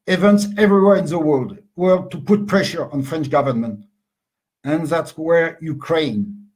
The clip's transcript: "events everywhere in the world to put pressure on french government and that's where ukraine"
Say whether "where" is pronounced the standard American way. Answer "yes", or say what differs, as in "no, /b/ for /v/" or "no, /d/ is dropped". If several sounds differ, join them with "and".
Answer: yes